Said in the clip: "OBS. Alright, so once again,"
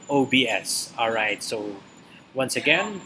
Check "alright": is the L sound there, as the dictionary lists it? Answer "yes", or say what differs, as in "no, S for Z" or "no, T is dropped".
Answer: yes